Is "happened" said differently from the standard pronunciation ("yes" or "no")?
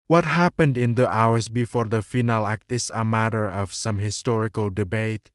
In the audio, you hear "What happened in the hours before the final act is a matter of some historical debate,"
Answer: no